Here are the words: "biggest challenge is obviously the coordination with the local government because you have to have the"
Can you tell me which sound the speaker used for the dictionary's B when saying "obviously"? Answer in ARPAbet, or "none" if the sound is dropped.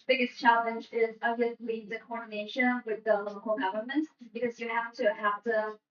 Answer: none